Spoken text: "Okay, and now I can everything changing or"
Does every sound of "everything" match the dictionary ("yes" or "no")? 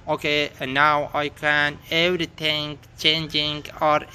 no